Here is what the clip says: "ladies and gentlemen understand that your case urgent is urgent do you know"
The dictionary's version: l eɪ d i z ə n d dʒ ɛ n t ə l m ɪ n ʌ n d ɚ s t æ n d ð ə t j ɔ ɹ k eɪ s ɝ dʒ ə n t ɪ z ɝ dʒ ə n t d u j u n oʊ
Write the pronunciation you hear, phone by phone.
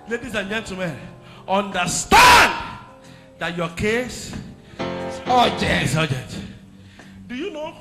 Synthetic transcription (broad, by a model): l eɪ d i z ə n dʒ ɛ n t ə m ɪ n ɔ n d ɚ s t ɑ n d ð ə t j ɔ k eɪ s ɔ dʒ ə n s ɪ dʒ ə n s d u j u n oʊ